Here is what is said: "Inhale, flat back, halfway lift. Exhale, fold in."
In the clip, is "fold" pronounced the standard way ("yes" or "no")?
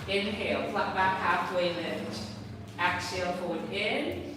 no